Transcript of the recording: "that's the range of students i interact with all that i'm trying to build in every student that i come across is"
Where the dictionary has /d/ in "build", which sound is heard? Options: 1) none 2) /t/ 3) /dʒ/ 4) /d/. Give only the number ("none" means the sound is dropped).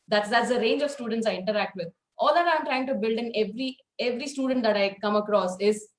4